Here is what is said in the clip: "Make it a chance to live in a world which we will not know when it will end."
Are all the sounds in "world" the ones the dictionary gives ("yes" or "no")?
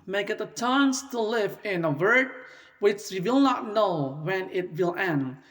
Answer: no